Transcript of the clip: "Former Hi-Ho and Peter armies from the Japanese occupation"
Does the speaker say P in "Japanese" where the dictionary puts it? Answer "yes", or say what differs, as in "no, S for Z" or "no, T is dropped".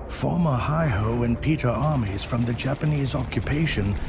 yes